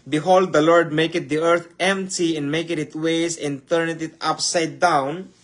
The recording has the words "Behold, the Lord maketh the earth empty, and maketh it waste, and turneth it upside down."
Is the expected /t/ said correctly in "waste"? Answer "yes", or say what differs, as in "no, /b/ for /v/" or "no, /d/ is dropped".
no, /t/ is dropped